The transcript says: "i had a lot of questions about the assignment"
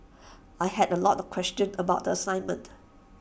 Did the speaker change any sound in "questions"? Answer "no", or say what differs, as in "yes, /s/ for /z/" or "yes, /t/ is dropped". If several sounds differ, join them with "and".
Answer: yes, /z/ is dropped